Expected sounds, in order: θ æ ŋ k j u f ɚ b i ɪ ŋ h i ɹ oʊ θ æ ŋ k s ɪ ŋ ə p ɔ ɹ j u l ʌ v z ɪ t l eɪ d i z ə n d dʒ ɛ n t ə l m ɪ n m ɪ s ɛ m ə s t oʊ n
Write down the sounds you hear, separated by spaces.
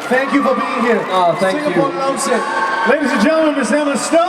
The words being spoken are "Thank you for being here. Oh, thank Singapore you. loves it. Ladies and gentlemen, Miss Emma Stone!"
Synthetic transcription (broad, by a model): θ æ ŋ k j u f ɚ b i ɪ ŋ h i ɹ oʊ θ æ ŋ k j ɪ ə ɔ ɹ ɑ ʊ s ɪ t l eɪ d i z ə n dʒ ɛ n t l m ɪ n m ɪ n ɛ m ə s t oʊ